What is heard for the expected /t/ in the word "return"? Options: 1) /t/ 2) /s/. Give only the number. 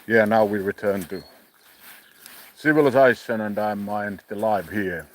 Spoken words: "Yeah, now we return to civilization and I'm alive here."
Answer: 1